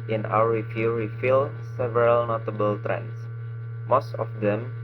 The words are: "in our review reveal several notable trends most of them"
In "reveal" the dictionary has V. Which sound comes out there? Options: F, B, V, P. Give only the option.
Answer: F